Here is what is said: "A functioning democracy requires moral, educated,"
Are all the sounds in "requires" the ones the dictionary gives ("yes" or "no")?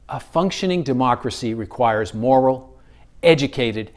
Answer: yes